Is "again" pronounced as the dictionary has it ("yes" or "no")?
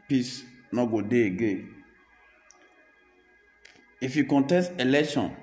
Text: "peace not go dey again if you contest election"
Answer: no